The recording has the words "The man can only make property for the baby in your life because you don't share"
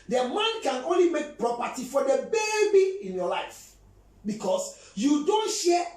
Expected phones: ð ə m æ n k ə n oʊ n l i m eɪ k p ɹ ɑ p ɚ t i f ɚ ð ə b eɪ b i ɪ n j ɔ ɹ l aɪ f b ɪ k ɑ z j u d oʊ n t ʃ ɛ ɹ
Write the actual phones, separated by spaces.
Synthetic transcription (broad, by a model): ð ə m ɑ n k ə n oʊ n l i m eɪ k p ɹ ɑ p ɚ t i f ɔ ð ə b eɪ b i ɪ n j ɔ l aɪ f b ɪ k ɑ s j u d oʊ n t ʃ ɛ